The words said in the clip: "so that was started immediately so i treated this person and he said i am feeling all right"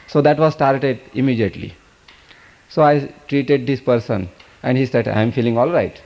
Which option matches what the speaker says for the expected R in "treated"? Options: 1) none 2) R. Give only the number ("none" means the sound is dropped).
2